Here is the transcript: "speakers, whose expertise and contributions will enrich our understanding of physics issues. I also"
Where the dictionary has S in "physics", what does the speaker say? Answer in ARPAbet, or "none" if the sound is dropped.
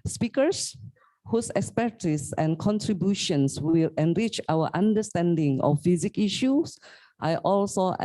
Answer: none